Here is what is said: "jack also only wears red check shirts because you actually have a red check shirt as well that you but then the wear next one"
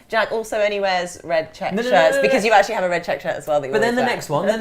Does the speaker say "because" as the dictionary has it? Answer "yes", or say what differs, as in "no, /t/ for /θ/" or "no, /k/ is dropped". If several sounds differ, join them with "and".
yes